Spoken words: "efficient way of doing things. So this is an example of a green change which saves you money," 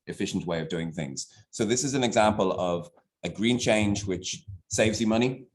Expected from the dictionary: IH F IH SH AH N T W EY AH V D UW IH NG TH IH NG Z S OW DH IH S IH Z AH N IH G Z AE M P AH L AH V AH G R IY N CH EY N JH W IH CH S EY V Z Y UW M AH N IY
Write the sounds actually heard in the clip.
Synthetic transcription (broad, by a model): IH F IH SH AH N T W EY AH V D UW IH NG TH IH NG Z S OW DH IH S IH Z AH N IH G Z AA M P AH L AH V AH G R IY N CH EY N JH W IH CH S EY V Z Y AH M AH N IY